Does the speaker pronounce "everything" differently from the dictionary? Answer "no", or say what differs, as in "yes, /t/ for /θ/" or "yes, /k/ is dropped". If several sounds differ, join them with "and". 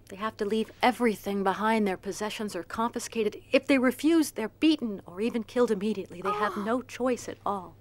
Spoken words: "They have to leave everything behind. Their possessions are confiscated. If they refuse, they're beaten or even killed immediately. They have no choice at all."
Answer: no